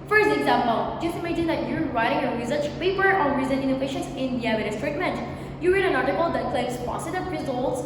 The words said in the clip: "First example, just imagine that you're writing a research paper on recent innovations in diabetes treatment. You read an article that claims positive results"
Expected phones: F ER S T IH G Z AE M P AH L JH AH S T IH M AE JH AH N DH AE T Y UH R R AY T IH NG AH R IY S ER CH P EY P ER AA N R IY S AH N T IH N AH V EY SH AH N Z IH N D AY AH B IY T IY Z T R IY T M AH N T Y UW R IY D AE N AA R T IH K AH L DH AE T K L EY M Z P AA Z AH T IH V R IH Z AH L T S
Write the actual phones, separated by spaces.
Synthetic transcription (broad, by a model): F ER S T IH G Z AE M P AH L JH AH S T IH M AE JH AH N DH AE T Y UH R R AY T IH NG AH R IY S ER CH P EY P ER AA N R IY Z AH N IH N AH F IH SH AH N S IH N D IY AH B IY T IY S T R IY T M AH N T Y UW R IY D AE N AA R T IH K AH L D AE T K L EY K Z P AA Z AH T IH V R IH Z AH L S